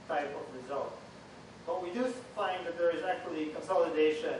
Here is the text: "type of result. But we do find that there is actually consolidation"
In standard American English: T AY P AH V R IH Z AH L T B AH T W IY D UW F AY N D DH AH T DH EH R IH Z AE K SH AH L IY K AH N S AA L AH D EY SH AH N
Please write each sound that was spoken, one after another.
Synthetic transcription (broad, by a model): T AY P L R IH Z AH L T B AH T W IY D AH F AY N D DH AH T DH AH R IH Z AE K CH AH L IY K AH N S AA L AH D EY SH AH N